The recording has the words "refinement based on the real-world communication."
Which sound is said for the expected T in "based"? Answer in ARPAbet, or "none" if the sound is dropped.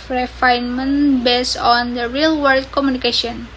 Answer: none